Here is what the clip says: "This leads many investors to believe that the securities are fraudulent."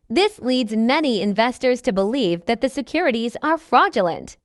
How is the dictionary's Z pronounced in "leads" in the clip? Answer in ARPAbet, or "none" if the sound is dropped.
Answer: Z